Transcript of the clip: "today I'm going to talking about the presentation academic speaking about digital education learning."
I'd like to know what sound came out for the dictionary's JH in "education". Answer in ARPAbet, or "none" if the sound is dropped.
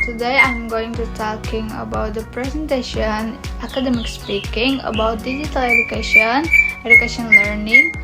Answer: SH